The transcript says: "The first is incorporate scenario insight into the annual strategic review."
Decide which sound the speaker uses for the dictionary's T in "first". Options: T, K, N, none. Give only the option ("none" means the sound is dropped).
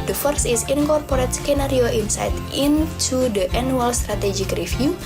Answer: none